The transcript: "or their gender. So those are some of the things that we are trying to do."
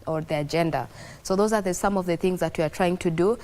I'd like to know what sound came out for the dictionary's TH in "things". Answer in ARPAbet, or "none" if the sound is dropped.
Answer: TH